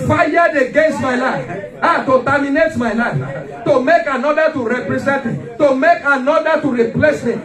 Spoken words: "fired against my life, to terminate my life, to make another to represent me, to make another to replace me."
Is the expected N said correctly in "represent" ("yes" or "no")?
yes